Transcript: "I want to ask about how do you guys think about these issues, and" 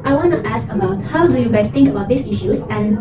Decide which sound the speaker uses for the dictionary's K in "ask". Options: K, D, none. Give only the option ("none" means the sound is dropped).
K